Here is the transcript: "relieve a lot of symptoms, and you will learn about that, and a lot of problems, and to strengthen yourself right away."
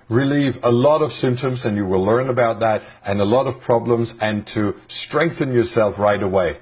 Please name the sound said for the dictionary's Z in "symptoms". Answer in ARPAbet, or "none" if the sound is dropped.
Z